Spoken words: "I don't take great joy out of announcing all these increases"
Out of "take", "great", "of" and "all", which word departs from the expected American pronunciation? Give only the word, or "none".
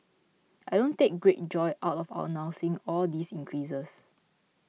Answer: of